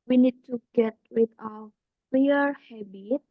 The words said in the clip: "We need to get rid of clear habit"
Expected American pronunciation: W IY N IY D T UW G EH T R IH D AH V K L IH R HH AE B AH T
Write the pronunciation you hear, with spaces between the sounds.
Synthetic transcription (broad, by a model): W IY N IY D T UW G EH T W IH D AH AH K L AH R HH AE B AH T